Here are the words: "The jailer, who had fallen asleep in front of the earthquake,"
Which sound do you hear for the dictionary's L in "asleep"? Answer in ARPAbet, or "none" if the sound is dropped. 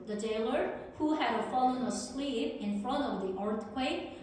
L